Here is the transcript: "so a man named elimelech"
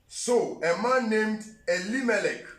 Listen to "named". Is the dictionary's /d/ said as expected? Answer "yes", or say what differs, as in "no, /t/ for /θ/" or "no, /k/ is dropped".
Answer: yes